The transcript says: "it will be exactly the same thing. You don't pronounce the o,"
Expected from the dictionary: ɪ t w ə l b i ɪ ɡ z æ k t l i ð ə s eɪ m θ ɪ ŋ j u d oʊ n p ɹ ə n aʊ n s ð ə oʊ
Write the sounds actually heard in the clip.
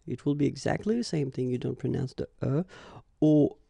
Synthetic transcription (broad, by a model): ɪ t w ə l b i ɪ ɡ z æ k t l i ð ə s eɪ m θ ɪ ŋ j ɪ d oʊ n p ɹ ə n aʊ n s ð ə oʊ